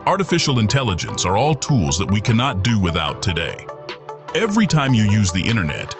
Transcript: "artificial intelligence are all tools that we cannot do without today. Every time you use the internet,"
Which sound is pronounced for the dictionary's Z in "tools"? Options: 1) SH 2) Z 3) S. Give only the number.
2